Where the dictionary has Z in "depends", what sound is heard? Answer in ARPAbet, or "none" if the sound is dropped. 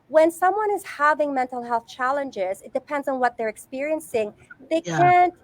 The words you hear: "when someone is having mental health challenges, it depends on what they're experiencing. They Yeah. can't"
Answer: Z